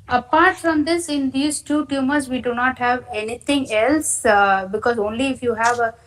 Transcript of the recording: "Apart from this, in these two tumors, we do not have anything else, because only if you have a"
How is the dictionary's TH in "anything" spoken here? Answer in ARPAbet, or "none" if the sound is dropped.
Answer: T